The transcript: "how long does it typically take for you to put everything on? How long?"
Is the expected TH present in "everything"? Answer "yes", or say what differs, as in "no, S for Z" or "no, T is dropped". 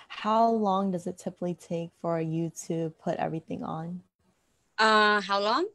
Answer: yes